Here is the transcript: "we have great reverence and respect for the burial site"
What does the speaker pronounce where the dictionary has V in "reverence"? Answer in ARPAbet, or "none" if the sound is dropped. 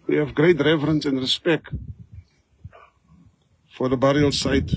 V